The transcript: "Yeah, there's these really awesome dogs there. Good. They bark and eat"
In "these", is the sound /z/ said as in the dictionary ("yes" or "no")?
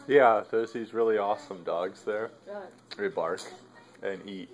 yes